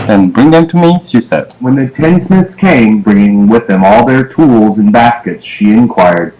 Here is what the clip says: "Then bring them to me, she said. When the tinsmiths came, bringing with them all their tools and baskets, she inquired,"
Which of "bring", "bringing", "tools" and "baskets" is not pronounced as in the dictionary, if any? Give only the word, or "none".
none